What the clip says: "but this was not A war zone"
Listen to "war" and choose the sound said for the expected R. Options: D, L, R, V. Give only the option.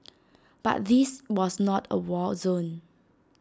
L